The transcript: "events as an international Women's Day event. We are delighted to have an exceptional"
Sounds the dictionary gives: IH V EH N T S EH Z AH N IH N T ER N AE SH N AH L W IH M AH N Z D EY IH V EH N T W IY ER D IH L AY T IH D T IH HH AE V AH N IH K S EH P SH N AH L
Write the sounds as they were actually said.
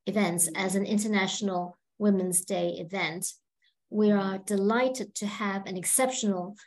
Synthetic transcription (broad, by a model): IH V EH N T S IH Z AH N IH N T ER N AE SH N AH L W IH M AH N Z D EY IH V EH N T W IY ER D IH L AY T IH D T IH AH V AH N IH K S EH P SH N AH L